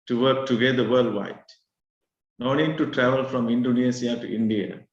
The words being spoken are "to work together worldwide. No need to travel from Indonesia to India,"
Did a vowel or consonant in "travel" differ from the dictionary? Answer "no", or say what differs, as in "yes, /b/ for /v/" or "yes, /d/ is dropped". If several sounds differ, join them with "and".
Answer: no